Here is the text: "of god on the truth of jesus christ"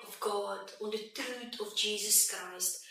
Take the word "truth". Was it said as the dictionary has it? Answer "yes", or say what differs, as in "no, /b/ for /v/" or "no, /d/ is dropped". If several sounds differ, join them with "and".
no, /t/ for /θ/